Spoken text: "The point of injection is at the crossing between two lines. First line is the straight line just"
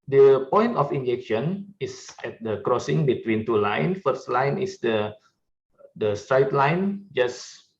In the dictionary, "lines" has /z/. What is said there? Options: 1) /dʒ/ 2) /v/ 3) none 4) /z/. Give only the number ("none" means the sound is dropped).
3